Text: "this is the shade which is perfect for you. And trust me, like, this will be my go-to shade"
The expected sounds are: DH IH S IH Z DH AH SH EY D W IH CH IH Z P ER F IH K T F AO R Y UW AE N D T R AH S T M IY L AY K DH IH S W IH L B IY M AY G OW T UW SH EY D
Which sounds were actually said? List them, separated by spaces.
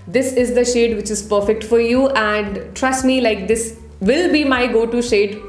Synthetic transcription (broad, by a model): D IH S IH Z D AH SH EY D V IH CH IH Z P ER F IH K T F AO R Y UW AE N D T R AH S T M IY L AY K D IH S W IH L B IY M AY G OW T UW SH EY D